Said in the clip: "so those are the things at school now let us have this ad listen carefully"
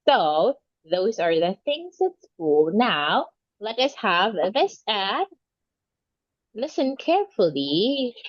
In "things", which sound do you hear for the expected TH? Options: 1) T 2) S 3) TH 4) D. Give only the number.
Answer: 3